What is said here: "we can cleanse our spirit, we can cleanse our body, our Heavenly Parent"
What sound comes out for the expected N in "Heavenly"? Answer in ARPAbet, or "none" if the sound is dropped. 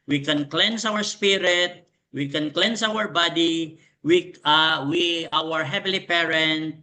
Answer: none